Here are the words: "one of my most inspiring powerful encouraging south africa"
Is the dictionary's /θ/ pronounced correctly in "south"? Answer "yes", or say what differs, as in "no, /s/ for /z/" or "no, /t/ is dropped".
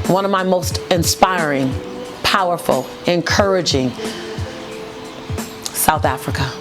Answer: yes